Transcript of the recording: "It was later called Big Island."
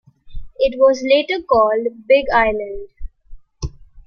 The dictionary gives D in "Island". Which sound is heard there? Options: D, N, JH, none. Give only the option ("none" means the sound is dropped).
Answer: D